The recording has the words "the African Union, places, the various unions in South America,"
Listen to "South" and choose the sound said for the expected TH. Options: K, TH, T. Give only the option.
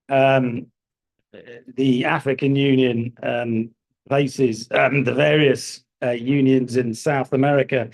TH